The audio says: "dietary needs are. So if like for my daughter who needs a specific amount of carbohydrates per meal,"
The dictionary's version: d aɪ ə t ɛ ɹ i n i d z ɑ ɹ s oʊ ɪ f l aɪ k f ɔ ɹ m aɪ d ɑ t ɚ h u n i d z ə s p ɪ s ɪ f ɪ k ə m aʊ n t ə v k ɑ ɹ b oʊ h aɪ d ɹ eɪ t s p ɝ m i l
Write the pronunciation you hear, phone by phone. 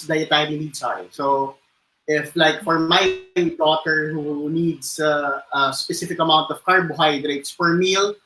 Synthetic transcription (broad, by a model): d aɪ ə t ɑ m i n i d s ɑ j s oʊ ɪ f l aɪ k f ɔ ɹ m aɪ d ɑ t ɚ h u n i d s ə s p ɪ s ɪ f ɪ k ə m aʊ n t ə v k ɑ ɹ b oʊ h aɪ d ɹ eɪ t s f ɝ m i l